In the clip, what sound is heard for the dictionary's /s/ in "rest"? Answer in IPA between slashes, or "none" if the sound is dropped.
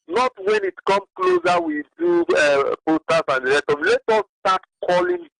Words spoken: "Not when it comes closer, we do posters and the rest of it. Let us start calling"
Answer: none